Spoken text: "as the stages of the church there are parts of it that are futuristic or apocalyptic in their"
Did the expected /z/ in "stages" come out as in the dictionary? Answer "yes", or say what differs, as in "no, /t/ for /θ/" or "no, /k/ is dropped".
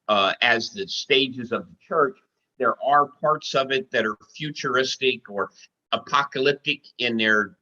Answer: yes